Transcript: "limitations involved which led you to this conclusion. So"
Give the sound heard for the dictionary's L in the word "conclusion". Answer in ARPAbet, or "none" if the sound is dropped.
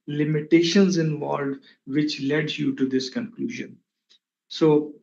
L